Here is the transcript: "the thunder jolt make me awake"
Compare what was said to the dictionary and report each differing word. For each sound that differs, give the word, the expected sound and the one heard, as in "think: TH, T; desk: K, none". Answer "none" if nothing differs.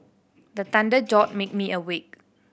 thunder: TH, T; jolt: L, none